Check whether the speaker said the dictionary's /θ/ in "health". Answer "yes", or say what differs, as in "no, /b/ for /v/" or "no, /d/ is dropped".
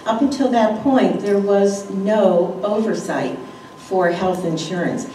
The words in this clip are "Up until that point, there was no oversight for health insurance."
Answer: yes